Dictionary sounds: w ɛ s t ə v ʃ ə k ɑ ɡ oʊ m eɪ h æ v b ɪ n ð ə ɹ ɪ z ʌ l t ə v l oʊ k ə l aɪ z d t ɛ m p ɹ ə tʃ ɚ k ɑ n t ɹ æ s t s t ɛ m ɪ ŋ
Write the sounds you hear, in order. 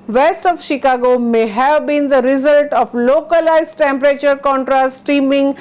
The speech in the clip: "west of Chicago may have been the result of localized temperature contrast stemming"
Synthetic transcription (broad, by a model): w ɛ s t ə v ʃ ə k ɑ ɡ oʊ m eɪ h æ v b ɪ n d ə ɹ ɪ z ʌ l t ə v l oʊ k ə l aɪ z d t ɛ m p ɹ ə tʃ ɚ k ɑ n t ɹ æ s t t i m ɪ ŋ